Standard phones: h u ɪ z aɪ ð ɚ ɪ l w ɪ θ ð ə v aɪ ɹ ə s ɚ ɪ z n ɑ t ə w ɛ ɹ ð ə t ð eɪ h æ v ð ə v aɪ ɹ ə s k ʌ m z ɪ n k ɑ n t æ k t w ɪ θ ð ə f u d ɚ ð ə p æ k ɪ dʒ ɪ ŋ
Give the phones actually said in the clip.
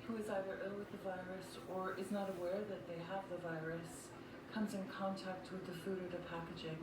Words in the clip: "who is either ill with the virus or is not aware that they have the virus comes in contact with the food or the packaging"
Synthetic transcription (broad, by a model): h u ɪ z aɪ ð ɚ ɪ l w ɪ ð ə v aɪ ɹ ə s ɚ ɪ z n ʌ t ə w ɛ ɹ ð ə t ð eɪ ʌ v ð ə v aɪ ɹ ə s k ʌ m z ɪ n k ɑ n t æ k t w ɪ ð ə f u d ɚ ð ə p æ k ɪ dʒ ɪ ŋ